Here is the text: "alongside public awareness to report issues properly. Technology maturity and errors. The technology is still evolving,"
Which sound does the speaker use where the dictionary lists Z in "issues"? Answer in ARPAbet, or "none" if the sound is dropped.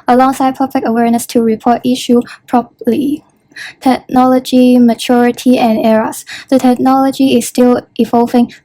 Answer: none